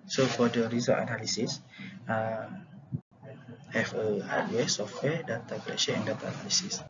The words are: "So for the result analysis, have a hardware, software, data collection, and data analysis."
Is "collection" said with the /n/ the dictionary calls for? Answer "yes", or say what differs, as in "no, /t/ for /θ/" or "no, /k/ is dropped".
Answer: no, /n/ is dropped